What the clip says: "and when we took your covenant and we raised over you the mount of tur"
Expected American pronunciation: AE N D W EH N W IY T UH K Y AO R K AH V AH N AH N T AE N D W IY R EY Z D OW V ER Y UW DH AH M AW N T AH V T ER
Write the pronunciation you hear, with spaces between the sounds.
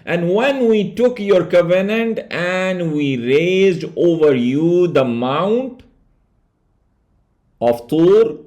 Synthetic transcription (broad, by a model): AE N D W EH N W IY T UH K Y AO R K AH V AH N AH N T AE N D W IY R EY Z D OW V ER Y UW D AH M AW N T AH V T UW